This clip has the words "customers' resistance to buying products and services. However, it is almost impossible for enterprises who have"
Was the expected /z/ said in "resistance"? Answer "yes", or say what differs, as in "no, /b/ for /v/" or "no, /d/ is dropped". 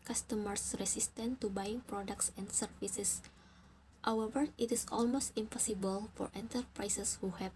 no, /s/ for /z/